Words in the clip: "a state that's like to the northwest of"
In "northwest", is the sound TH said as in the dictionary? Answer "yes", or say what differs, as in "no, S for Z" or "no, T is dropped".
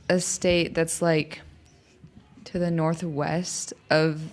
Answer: yes